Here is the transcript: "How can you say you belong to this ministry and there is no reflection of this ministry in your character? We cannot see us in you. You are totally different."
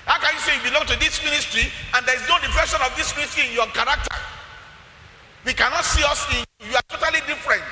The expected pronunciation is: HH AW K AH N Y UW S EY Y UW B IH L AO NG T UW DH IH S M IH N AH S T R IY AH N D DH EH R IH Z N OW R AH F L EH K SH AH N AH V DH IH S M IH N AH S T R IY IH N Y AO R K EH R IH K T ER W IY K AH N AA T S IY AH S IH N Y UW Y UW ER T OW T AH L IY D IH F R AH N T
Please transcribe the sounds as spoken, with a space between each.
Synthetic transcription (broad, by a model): HH AW K AH N Y UW S EY Y UW B IH L AO NG T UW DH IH S M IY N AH S T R IY AH N D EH R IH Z N OW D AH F EH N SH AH N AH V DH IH S M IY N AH S T R IY IH N Y AO K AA R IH K T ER W IY K AH N AA T S IY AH S IH N Y UW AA T OW T AH L IY D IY F R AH N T